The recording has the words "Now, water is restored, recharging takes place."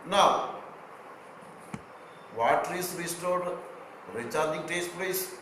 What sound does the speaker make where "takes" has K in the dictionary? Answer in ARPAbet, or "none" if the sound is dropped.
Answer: none